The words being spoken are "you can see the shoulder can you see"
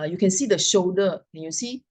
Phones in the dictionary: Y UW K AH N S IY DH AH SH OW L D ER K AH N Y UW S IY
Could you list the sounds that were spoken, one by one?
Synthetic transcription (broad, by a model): Y UW K AH N S IY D AH SH OW D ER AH N Y UW S IY